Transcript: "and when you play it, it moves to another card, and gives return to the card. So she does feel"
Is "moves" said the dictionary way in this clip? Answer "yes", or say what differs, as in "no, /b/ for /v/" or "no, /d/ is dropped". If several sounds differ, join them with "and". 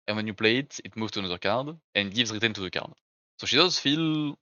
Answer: no, /z/ is dropped